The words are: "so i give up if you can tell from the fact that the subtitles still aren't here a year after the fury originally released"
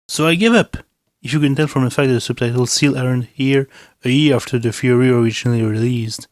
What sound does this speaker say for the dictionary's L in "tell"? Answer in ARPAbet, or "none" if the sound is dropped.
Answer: N